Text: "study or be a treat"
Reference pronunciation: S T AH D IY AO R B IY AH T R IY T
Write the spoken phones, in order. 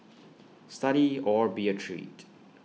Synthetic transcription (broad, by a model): S T AH D IY AO R B IY AH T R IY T